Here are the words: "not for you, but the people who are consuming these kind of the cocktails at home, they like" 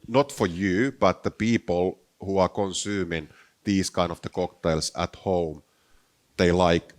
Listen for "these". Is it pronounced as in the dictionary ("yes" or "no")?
no